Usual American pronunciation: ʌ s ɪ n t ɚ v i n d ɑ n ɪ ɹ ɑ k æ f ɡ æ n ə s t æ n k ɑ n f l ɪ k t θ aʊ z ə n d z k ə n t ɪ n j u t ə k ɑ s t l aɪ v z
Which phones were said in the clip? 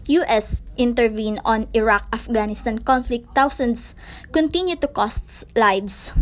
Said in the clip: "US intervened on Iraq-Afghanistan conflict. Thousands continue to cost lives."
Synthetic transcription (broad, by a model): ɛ s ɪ n t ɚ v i n ɑ n ɪ ɹ ɑ k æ f ɡ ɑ n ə s t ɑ n k ɑ n f l ɪ k t aʊ s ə n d s k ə n t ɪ n j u t ə k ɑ s t l aɪ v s